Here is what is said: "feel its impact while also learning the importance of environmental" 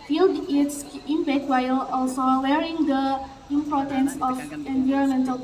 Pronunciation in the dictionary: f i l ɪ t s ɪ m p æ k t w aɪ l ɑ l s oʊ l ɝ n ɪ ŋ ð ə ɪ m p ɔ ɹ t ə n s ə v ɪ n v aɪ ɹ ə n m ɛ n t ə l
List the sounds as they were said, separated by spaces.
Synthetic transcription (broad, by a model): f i l ɪ t s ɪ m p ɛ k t w aɪ l ɑ l s oʊ w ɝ ɪ ŋ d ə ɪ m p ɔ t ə n s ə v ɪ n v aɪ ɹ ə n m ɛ n t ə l